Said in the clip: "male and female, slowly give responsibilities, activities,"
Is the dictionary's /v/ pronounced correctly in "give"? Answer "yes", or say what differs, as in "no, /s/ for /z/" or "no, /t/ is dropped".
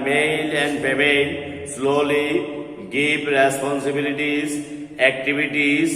no, /p/ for /v/